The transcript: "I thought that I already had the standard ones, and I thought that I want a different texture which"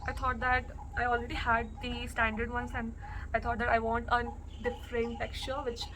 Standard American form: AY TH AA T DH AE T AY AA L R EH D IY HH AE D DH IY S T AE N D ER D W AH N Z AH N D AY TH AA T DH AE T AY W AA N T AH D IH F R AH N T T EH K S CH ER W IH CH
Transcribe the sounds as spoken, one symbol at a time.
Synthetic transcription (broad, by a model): AY T AA T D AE T AY AA L R EH D IY HH AE D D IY S T AE N D ER D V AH N S AH N D AY T AA T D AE T AY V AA N T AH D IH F R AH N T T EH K CH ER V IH CH